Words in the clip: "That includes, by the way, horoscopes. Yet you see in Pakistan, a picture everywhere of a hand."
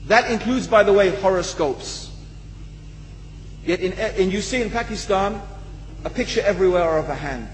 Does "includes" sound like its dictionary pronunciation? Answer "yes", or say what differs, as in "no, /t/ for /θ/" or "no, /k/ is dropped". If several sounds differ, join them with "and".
yes